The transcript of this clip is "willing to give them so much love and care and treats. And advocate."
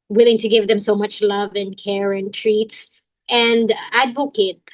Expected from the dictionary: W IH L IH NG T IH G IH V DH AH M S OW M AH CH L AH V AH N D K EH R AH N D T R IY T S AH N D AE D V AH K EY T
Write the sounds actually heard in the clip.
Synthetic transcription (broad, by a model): W IH L IH NG T IH G IH V DH AH M S OW M AH CH L AH V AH N K EH R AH N T R IY T S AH N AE D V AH K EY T